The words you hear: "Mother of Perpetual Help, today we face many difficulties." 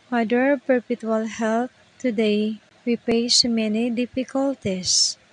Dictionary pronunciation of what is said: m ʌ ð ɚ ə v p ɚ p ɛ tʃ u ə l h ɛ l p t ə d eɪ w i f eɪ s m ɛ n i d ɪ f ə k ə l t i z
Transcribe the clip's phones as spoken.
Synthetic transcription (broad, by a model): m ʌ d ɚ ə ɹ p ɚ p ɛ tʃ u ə l h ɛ l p t ə d eɪ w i p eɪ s m ɛ n i d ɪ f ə k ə l t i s